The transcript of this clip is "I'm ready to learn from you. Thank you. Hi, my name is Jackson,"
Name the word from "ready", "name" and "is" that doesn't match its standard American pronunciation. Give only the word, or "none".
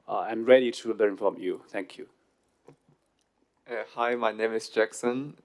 is